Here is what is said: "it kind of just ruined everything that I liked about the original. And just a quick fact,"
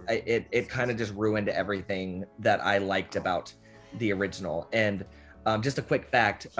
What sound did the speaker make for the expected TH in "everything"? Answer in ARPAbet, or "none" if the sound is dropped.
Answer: TH